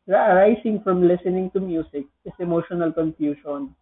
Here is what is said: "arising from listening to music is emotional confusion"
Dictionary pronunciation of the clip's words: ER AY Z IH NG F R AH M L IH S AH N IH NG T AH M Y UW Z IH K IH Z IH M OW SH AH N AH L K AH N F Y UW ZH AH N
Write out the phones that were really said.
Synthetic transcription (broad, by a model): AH AY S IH NG F R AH M L IH S AH N IH NG T AH M Y UW S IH K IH S IH M OW SH AH N AH L K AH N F Y UW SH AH N